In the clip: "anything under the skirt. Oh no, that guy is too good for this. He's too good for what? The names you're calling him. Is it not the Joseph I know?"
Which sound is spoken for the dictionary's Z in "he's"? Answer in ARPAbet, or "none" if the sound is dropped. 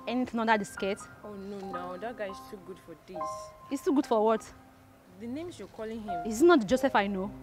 S